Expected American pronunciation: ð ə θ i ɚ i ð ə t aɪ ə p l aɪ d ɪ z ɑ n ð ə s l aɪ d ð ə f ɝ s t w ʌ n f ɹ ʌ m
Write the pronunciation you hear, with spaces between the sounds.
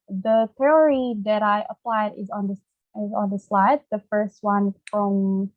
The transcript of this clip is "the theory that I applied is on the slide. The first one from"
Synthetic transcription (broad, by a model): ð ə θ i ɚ i ð ə t aɪ ə p l aɪ d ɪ z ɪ n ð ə s l aɪ d ð ə f ɝ s t w ʌ n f ɹ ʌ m